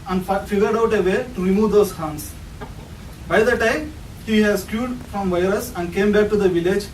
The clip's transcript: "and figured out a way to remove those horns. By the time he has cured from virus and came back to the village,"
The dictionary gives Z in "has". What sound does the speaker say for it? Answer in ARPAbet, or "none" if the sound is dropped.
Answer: S